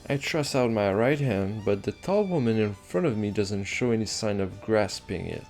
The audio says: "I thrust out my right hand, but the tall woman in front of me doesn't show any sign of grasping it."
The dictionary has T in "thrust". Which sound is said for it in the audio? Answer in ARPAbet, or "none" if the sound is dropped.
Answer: none